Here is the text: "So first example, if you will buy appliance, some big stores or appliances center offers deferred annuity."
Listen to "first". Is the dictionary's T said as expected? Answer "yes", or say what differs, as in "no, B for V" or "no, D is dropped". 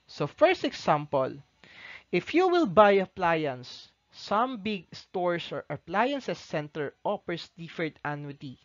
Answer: yes